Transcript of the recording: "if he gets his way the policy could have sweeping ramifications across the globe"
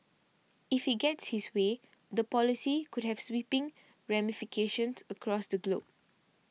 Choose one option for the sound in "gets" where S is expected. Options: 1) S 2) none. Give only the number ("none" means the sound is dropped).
1